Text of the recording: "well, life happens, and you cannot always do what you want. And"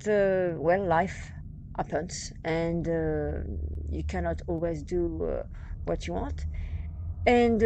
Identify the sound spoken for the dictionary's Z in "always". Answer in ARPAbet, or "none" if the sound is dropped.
Z